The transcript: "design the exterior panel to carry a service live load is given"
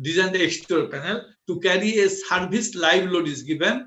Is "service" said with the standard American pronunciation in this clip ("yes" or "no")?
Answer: no